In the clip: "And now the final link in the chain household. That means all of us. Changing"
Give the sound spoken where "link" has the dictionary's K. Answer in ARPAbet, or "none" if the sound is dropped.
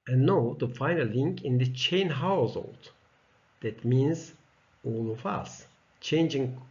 K